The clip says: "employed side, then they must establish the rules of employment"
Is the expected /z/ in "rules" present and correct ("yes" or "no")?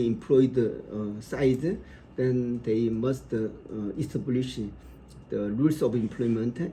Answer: no